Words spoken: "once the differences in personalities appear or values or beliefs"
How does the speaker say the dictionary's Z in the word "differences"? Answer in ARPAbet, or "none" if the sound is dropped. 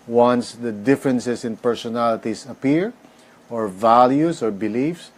S